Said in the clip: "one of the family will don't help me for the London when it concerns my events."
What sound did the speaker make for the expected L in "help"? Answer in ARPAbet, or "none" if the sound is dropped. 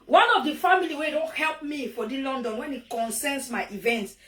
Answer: L